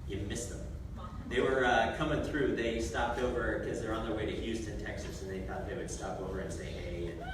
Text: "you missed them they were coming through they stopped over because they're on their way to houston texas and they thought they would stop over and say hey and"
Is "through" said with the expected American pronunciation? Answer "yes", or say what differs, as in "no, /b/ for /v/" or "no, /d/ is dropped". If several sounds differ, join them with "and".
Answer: yes